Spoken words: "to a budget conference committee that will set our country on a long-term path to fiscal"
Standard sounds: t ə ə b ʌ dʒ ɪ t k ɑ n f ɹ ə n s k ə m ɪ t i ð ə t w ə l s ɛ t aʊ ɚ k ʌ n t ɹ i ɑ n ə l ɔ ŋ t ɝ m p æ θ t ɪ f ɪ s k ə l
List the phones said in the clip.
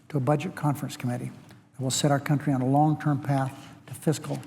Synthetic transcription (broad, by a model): t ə ə b ʌ dʒ ɪ t k ɑ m f ɹ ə n s k ə m ɪ t i ð ə t w ə l s ɛ t aʊ ɚ k ʌ n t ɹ i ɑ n ə l ɔ ŋ t ɝ m p æ θ t ɪ f ɪ s k l